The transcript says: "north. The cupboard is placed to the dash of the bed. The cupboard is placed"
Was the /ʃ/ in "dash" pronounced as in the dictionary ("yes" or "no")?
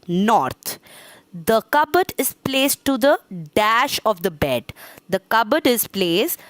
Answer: yes